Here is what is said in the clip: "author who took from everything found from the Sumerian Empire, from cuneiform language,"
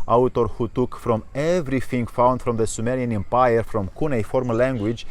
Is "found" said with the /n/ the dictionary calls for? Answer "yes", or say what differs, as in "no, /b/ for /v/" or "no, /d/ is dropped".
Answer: yes